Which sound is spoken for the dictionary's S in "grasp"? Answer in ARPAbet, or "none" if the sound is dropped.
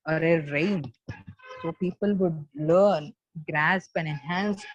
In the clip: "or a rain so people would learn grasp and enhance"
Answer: S